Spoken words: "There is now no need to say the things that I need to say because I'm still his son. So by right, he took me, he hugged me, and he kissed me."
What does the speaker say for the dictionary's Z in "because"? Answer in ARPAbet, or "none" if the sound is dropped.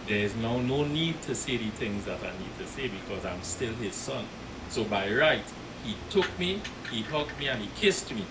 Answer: Z